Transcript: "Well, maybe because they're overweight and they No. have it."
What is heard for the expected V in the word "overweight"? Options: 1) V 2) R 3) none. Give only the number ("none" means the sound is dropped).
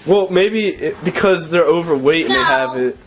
1